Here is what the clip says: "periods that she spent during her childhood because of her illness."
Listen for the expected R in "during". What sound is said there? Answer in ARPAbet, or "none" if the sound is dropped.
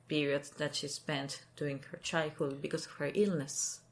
none